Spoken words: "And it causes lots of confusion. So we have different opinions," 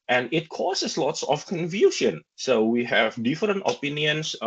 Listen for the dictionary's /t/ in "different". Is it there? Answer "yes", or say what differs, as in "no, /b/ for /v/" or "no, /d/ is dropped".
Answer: yes